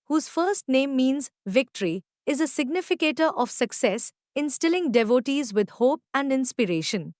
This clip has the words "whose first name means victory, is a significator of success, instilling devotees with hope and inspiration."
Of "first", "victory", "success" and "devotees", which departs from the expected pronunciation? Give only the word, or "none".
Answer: none